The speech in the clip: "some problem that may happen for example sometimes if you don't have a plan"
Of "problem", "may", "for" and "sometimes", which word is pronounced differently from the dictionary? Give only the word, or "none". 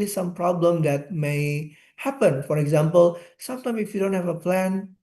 sometimes